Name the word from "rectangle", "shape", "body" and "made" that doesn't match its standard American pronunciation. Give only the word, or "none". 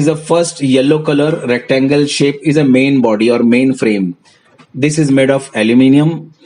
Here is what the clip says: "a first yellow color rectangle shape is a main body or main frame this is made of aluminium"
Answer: none